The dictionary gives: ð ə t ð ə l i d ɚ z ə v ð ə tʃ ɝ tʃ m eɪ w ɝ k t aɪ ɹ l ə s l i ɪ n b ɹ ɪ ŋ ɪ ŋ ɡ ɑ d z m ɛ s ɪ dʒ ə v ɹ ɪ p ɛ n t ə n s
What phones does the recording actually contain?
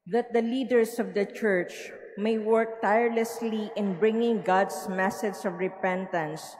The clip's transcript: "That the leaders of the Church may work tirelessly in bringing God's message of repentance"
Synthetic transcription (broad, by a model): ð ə t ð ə l i d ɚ s ə v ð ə tʃ ɝ tʃ m eɪ w ɝ k t aɪ ɹ l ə s l i ɪ n b ɹ ɪ ŋ ɪ ŋ ɡ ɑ d s m ɛ s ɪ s ə v ɹ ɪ p ɛ n t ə n s